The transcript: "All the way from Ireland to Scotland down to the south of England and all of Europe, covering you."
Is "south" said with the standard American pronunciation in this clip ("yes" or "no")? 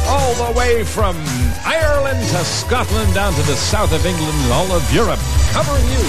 yes